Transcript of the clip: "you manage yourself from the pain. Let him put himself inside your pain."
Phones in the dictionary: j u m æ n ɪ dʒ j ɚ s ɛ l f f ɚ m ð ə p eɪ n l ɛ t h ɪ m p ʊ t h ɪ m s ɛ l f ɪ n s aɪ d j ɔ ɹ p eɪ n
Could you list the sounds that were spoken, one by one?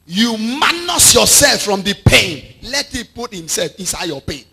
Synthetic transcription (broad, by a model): j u m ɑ n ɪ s j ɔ s ɛ l f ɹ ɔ m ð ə p eɪ n l ɛ t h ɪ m p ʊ t h ɪ m s ɛ l f ɪ n s aɪ d j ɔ p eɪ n